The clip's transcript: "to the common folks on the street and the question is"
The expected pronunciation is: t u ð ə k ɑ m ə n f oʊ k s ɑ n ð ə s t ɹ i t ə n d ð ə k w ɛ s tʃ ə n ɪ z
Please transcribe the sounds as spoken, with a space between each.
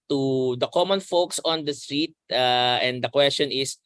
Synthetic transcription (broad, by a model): t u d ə k ɑ m ə n f oʊ k s ɑ n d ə s t ɹ i t ə n d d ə k w ɛ s tʃ ə n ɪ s